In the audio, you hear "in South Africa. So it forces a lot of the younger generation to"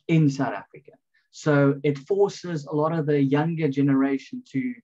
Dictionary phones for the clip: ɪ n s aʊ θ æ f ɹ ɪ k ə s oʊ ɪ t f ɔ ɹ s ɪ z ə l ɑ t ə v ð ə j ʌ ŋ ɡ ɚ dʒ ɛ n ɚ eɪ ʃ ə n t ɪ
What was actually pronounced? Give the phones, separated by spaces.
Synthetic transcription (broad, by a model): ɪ n s aʊ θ æ f ɹ ɪ k ə s oʊ ɪ t f ɔ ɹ s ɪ z ə l ɑ t ə v ð ə j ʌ ŋ ɡ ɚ dʒ ɛ n ɚ eɪ ʃ ə n t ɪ